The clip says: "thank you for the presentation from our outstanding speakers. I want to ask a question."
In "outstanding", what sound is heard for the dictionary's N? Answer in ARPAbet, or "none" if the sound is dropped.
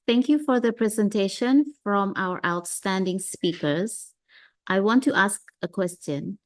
N